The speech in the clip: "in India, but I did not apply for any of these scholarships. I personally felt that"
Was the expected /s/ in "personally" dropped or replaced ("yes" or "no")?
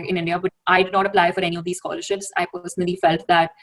no